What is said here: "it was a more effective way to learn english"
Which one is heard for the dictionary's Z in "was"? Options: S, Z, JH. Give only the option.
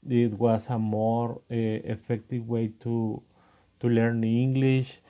S